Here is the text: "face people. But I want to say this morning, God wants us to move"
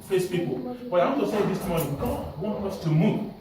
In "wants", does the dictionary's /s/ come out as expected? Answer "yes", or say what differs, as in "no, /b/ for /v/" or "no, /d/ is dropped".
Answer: no, /s/ is dropped